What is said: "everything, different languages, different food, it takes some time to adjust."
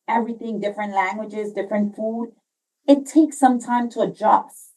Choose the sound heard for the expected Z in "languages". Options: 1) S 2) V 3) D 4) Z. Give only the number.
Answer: 4